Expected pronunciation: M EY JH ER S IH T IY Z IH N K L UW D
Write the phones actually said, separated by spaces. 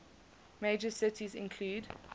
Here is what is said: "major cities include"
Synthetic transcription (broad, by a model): M EY JH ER S IH T IY Z IH N K L UW D